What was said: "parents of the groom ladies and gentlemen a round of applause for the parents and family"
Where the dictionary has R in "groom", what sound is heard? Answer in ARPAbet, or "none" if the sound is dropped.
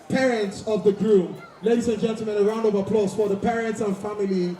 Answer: R